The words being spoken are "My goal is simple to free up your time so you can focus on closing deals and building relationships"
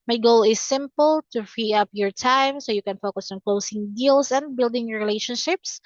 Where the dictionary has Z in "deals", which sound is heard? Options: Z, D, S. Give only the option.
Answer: S